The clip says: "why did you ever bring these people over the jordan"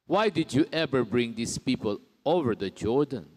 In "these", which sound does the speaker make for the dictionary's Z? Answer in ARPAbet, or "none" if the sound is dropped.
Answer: S